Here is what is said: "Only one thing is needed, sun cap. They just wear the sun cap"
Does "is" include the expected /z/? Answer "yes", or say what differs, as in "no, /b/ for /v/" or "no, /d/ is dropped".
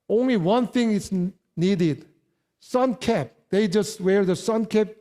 no, /s/ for /z/